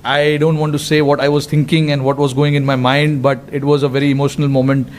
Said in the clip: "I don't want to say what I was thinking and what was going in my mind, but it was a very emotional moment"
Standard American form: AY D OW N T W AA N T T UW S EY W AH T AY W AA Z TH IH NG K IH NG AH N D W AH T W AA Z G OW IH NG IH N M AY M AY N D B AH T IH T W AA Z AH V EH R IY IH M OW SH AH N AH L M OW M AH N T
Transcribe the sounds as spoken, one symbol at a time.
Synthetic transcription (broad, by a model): AY D OW N T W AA N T T UW S EY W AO T AY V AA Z T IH NG K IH NG AH N D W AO T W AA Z G OW IH NG IH N M AY M AY N D B AH T IH T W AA Z AH V EH R IY IH M OW SH AH N AH L M OW M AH N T